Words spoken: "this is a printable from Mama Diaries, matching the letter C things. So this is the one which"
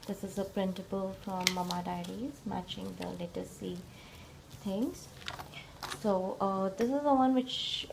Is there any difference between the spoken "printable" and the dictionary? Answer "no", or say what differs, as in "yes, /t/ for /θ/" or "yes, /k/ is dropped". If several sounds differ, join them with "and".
yes, /s/ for /t/